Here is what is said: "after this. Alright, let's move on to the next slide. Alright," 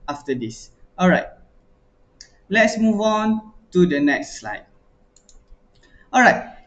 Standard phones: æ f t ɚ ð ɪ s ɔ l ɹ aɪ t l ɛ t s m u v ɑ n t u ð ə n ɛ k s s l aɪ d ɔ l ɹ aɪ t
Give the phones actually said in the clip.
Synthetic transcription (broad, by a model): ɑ f t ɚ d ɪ s ɔ l ɹ aɪ t l ɛ t s m u v ɑ n t u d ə n ɛ k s s l aɪ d ɔ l ɹ aɪ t